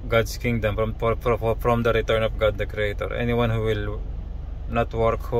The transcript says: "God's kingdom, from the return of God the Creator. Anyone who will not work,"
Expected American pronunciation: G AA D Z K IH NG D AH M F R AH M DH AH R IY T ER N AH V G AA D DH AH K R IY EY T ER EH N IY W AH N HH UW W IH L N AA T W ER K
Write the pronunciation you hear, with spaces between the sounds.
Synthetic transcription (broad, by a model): G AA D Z K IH NG D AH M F R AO M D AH R IY T ER N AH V G AA D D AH K R IY EY T ER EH N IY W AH N HH UW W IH L N AA T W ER K